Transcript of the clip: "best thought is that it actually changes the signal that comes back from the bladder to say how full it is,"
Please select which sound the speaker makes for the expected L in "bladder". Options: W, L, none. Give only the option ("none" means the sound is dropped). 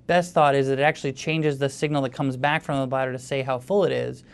none